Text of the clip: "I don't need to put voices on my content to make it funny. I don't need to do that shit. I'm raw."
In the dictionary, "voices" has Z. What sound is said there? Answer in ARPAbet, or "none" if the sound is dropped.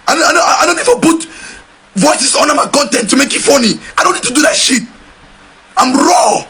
S